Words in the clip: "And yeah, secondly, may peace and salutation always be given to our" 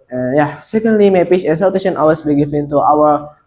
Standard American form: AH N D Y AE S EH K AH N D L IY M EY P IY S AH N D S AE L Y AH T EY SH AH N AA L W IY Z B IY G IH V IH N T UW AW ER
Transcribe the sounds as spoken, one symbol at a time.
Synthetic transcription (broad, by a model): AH Y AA S EH K AH N D L IY M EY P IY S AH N S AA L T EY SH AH N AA W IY S B IY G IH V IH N T UW AW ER